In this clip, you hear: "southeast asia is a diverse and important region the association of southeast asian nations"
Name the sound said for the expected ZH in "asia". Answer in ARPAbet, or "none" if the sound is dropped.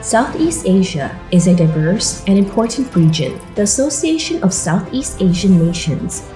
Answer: ZH